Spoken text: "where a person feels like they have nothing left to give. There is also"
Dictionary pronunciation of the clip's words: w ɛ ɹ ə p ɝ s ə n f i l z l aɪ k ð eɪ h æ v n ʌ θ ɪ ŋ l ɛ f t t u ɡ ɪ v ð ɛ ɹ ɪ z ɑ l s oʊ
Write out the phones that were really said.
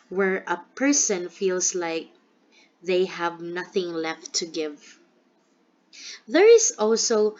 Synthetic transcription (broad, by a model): w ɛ ɹ ə p ɝ s ə n f i l s l aɪ k ð eɪ h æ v n ʌ θ ɪ ŋ l ɛ f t t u ɡ ɪ v ð ɛ ɹ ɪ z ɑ l s oʊ